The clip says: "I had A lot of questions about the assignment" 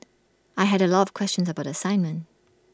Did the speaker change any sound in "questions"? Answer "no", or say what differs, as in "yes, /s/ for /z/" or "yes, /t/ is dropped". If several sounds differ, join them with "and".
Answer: no